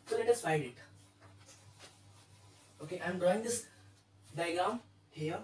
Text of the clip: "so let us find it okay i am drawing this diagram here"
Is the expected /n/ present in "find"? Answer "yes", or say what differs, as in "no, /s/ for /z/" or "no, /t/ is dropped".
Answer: no, /n/ is dropped